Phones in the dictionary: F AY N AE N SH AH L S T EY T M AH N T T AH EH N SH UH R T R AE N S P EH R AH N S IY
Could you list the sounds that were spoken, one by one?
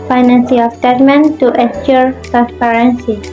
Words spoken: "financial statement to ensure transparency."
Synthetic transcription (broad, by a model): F AY N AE N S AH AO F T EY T M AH N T T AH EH SH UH R T R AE N S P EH R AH N S IY